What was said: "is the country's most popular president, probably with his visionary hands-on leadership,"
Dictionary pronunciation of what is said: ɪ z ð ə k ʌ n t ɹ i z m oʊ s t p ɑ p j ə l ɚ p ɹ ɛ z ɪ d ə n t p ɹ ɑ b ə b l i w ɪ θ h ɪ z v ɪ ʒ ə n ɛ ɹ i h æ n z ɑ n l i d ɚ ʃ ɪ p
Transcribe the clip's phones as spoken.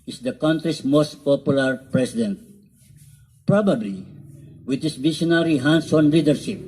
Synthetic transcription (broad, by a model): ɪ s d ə k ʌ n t ɹ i s m oʊ s t p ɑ p j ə l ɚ p ɹ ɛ s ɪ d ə n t p ɹ ɑ b ə b l i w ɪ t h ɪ s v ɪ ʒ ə n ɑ ɹ i h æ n s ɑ n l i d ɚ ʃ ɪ p